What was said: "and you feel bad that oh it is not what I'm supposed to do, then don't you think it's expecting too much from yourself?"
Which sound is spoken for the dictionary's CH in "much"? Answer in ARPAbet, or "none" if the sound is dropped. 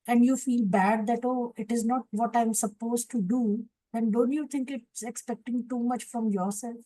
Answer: CH